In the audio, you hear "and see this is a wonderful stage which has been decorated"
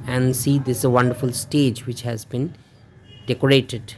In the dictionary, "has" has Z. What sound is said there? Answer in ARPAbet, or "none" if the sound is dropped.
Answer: Z